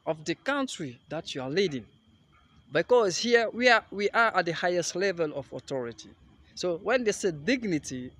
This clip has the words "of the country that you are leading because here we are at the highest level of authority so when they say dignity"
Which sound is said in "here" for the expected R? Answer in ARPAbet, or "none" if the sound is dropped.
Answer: W